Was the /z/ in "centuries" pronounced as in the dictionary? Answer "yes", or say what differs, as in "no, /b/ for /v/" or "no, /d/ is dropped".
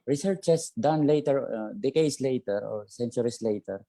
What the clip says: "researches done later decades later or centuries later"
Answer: no, /s/ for /z/